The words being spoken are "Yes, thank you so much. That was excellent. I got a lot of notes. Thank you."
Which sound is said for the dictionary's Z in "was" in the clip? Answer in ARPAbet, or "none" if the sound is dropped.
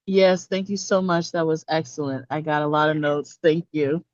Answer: Z